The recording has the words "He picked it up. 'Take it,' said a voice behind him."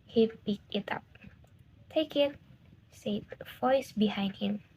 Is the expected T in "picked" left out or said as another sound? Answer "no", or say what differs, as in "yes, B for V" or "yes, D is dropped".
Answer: yes, T is dropped